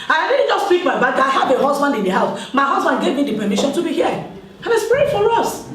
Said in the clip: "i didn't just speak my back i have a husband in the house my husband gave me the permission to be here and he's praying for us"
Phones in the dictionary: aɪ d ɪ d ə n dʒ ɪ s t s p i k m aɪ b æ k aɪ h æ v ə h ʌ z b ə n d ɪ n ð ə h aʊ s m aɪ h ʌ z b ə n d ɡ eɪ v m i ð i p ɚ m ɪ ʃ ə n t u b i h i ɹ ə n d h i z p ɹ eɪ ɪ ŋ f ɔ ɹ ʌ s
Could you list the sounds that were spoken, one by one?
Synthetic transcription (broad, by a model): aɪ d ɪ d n dʒ ɪ s t s p i k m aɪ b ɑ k aɪ h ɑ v ə h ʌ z b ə n d ɪ n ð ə h aʊ s m aɪ h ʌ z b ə n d ɡ eɪ v m i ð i p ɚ m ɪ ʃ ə n t u b i h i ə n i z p eɪ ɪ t f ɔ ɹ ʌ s